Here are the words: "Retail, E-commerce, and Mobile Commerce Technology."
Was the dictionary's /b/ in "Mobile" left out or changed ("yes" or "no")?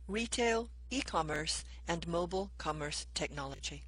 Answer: no